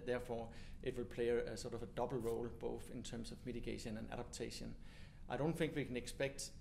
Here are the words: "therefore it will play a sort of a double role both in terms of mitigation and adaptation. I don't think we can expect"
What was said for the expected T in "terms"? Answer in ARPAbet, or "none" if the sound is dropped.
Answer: S